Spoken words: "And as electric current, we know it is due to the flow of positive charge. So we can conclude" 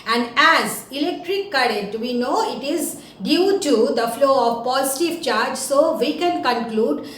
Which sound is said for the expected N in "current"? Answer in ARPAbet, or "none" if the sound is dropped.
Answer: none